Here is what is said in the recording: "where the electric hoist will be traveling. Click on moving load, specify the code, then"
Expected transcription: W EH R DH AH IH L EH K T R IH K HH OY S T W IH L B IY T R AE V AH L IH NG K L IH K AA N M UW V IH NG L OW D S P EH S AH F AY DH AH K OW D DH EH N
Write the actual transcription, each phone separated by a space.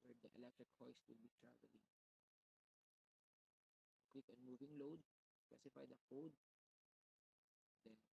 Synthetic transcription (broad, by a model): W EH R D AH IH L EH K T R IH K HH OY S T W IH L B IY T R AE V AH L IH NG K W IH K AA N M UW V IH NG L OW D S P EH S AH F AY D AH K OW D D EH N